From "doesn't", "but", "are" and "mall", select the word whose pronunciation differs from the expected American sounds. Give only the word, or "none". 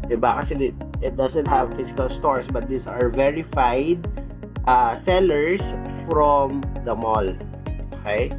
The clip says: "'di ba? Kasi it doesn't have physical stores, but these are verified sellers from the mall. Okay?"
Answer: doesn't